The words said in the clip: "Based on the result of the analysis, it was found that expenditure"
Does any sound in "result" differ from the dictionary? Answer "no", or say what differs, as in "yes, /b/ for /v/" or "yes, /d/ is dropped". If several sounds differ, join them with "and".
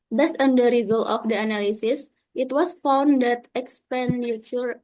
no